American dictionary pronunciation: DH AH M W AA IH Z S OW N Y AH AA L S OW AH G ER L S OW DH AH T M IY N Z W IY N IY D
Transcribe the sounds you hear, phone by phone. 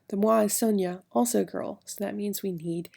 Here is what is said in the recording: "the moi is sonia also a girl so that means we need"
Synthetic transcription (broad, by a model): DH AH M W AA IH S OW N Y AH AA L S OW AH G ER L S OW DH AH T M IY N Z W IY N IY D